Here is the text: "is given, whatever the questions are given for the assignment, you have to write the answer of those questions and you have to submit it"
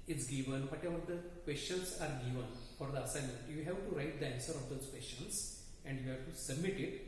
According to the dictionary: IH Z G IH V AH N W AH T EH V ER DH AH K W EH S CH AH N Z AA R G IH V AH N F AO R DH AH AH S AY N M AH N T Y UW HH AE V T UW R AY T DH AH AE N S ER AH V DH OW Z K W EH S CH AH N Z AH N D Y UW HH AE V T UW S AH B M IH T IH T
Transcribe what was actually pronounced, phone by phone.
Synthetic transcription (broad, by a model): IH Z G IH V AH N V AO T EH V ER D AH K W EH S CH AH N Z AA R G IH V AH N F AO R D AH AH S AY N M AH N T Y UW HH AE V T UW R AY T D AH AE N S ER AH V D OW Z K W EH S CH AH N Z AH N D Y UW HH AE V T UW S AH B M IH T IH T